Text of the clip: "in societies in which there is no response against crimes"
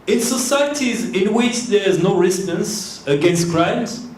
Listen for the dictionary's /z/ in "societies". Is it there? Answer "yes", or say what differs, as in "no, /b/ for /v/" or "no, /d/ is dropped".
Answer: yes